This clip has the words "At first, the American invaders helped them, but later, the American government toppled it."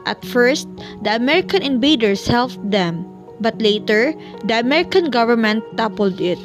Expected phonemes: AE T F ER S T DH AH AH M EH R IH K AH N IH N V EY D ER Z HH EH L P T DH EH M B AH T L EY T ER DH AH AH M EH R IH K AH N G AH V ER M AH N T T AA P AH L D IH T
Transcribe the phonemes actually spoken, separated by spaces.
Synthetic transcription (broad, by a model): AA T F ER S T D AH AH M EH R IH K AH N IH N B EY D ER S HH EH L F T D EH M B AH T L EY T ER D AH AH M EH R IH K AH N G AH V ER M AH N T T AA P AH L D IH T